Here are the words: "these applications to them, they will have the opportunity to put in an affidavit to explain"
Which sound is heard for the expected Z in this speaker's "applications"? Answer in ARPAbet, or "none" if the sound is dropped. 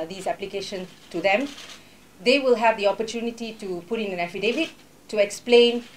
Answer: none